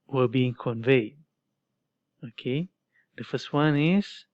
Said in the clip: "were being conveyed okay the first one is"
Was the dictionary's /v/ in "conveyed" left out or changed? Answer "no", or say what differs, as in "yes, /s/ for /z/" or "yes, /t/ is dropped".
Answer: no